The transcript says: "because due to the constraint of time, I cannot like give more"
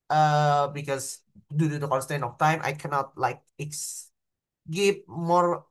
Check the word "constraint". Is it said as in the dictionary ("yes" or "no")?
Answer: no